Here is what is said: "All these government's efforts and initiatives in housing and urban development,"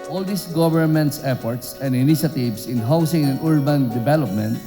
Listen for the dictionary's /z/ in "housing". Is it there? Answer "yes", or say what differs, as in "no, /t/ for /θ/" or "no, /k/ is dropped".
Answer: no, /s/ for /z/